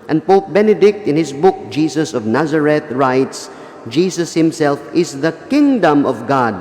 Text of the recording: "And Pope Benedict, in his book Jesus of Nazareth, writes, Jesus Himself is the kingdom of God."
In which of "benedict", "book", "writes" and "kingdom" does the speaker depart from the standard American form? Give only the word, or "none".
none